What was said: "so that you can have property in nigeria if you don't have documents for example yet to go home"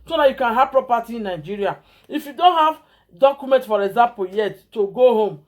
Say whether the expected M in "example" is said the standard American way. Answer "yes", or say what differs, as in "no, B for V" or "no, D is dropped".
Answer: no, M is dropped